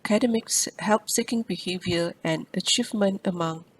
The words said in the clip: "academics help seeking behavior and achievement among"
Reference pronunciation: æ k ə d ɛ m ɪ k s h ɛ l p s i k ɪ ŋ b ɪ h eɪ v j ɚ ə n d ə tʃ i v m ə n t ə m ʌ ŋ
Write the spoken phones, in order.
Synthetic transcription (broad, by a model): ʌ k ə d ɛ m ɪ k s h ɛ l p s i k ɪ ŋ b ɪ h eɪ v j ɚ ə n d ə tʃ i v m ə n t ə m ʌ ŋ